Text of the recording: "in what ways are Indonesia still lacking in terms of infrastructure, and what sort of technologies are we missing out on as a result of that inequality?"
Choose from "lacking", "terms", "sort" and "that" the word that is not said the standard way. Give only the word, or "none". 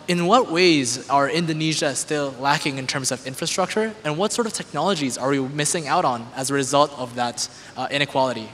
none